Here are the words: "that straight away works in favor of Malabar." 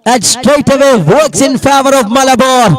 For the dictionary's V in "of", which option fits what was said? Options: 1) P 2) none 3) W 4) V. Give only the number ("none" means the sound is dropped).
4